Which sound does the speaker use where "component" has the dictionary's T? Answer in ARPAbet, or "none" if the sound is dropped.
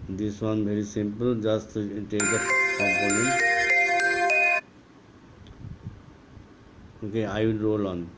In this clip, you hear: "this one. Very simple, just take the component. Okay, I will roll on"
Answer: none